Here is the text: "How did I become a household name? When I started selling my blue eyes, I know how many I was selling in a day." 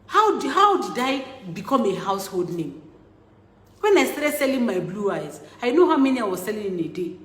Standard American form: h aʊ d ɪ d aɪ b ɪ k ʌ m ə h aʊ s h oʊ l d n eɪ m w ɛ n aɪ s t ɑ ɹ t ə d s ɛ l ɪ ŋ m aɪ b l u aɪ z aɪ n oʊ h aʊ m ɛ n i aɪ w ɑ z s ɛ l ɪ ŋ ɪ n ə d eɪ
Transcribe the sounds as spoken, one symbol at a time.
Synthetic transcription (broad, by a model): h aʊ d ɪ d aɪ b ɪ k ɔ m ə h aʊ s h oʊ l d n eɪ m w ɛ n aɪ s t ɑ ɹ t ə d s ɛ l ɪ ŋ m aɪ b l u aɪ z aɪ n oʊ h aʊ m ɛ n i aɪ w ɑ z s ɛ l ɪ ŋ ɪ n ə d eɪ